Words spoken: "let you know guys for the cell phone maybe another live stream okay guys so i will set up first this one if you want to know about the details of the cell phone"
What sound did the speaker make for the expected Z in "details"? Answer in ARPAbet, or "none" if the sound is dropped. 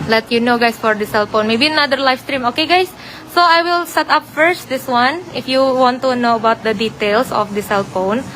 S